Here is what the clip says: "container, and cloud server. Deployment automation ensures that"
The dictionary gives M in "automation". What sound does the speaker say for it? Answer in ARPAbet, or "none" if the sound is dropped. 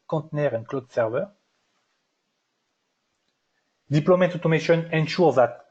M